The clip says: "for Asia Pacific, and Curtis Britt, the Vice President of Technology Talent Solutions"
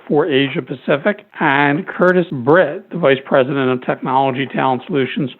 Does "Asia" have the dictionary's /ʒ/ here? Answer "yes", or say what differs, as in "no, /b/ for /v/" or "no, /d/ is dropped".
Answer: yes